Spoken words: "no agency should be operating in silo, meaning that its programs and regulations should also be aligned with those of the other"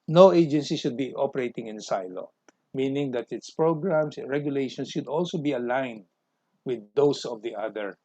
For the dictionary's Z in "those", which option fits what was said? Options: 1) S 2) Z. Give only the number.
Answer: 1